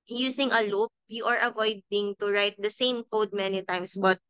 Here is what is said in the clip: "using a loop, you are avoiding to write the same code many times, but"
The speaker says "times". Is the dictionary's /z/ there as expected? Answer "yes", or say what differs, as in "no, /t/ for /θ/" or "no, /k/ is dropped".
no, /s/ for /z/